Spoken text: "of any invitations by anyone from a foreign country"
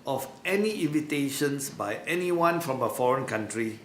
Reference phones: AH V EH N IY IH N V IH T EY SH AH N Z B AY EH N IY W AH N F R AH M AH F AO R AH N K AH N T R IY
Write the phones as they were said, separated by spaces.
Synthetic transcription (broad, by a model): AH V EH N IY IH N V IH T EY SH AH N S B AY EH N IY W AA N F R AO M AH F AO R AH N K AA N T R IY